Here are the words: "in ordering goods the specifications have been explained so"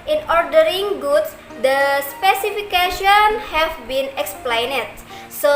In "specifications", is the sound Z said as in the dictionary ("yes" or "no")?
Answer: no